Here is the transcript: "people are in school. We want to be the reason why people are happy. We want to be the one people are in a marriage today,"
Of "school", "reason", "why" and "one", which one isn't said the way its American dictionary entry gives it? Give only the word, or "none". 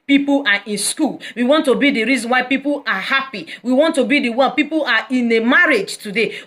one